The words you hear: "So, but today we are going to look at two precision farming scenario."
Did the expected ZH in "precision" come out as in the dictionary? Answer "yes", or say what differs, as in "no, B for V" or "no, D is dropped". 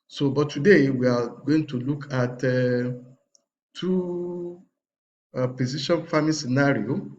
no, SH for ZH